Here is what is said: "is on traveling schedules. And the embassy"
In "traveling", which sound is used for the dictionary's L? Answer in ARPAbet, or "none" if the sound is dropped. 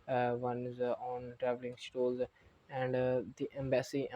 L